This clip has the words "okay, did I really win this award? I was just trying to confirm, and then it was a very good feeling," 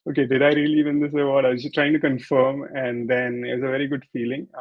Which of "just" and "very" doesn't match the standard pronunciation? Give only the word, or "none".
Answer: just